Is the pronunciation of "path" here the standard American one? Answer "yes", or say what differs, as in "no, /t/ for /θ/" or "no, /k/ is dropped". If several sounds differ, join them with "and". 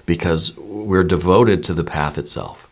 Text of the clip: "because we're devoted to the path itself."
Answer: yes